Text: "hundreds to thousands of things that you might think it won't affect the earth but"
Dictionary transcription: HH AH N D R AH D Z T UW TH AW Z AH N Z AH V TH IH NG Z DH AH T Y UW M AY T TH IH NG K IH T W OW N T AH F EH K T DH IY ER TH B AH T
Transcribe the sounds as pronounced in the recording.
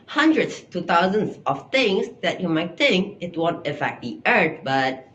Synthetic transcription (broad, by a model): HH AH N D R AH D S T UW T AW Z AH N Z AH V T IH NG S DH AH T Y UW M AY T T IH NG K IH T W OW N T AH F EH K T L IY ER T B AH T